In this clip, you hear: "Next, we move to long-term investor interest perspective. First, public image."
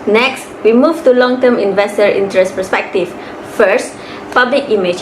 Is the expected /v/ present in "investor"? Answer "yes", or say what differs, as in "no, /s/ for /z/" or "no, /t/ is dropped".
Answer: yes